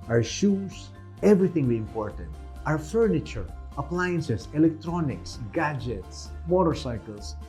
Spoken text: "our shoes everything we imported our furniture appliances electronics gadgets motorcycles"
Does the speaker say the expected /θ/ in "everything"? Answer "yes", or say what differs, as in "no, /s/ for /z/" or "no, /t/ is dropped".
no, /t/ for /θ/